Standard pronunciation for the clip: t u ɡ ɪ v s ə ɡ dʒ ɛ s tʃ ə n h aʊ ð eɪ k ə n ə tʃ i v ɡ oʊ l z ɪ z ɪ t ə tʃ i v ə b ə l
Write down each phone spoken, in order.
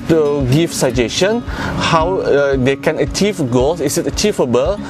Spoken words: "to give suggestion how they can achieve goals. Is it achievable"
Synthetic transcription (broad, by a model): t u ɡ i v s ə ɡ dʒ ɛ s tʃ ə n h aʊ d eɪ k ə n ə tʃ i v ɡ oʊ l s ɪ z ɪ t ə tʃ i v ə b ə l